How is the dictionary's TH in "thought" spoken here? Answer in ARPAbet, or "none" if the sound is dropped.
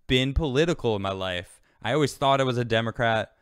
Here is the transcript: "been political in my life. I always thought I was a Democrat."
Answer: TH